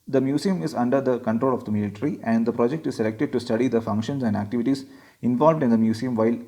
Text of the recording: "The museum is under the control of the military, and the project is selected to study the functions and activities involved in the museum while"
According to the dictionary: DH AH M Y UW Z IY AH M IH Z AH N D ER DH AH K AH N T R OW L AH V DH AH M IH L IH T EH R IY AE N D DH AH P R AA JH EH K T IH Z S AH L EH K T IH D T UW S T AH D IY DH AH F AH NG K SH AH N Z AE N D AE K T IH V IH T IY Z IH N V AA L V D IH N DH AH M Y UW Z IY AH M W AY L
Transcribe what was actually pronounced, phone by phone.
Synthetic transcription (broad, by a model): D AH M Y UW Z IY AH M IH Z AH N D ER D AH K AH N T R OW L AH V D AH M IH L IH T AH R IY AE N D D AH P R AA JH EH K T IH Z S AH L EH K T IH D T UW S T AH D IY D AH F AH NG K SH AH N S AE N D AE K T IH V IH T IY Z IH N V AA L V D IH N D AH M Y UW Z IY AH M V AY L